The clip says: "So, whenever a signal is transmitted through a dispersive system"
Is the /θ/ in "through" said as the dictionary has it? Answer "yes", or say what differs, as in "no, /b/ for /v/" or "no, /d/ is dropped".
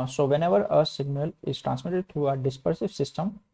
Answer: no, /t/ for /θ/